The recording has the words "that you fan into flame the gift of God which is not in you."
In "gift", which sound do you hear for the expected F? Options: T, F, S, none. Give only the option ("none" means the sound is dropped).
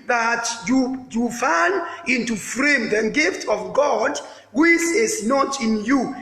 F